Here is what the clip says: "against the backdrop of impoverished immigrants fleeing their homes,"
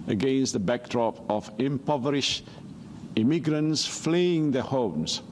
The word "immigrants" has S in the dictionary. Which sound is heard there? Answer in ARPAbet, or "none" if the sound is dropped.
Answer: S